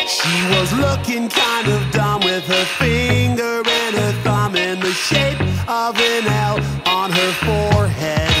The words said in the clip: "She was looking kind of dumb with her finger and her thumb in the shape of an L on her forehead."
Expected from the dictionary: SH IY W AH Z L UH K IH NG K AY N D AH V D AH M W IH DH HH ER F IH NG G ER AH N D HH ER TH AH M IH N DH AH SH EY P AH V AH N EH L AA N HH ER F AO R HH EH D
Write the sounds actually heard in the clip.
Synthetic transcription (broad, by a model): SH IY W AH Z L UH K IH NG K AY N D AH V D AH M W IH DH ER F IH NG G ER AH N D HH ER TH AH M IH N DH AH SH EY P AH V AH N EH L N ER F AO R HH EH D